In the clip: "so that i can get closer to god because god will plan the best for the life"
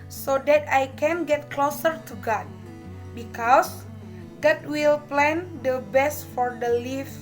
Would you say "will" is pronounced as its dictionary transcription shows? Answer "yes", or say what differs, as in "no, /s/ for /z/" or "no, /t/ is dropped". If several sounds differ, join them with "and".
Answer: yes